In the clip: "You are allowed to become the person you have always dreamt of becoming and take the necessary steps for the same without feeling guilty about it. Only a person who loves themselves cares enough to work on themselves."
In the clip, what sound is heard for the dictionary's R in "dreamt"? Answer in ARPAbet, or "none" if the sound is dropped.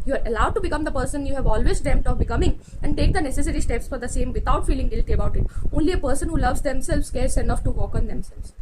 none